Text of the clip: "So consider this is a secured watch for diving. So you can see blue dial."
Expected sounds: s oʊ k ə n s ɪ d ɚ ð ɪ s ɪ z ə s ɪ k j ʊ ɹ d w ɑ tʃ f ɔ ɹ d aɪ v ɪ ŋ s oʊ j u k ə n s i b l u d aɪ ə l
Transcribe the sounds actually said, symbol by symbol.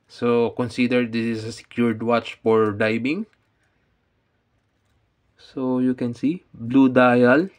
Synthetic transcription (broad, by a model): s oʊ k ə n s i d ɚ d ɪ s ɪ s ə s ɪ k j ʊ ɹ d w ɑ tʃ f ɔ ɹ d aɪ b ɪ ŋ s oʊ j u k ə n s i b l u d aɪ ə l